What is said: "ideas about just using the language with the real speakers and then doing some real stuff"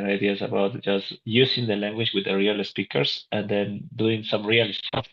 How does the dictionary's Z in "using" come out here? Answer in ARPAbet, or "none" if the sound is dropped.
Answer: S